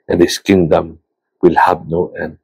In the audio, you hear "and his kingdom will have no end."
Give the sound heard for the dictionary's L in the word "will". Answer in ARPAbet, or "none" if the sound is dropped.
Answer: L